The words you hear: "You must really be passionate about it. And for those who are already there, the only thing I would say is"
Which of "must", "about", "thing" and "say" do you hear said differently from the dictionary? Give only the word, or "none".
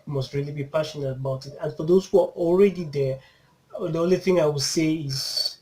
none